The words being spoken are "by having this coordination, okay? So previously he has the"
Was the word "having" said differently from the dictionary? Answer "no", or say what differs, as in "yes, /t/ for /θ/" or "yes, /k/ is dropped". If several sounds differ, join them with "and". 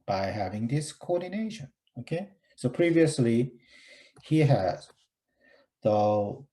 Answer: no